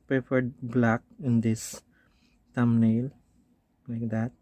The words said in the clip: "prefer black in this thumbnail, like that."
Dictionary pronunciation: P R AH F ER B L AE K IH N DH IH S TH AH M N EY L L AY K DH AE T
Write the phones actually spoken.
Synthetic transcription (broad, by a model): P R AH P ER B L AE K IH N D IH S T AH M N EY L L AY K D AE T